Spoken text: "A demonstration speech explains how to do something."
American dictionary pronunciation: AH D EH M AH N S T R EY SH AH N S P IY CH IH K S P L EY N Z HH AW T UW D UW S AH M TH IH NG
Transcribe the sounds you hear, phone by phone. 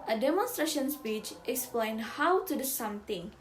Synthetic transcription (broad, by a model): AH D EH M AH N S T R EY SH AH N S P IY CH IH K S P L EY N HH AW T UW D UW S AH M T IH NG